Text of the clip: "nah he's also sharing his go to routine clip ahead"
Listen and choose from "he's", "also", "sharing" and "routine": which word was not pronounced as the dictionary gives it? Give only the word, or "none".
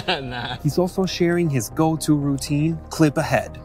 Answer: none